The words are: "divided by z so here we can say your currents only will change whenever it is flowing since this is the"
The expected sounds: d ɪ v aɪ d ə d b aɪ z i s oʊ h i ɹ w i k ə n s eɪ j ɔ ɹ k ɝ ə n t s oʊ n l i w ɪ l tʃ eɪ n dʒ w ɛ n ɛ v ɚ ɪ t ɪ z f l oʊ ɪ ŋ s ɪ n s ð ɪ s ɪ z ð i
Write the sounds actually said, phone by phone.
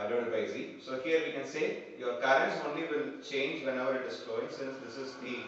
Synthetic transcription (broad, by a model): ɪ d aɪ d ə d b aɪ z i s oʊ h i ɹ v i k ə n s eɪ j ɔ ɹ k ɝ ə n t s oʊ n l i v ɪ l tʃ eɪ n dʒ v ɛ n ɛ v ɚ ɪ t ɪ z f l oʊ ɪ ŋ s ɪ n s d ɪ s ɪ z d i